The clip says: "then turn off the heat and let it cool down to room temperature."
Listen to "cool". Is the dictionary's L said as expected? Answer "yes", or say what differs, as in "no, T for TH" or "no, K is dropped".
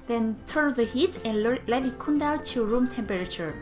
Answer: no, N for L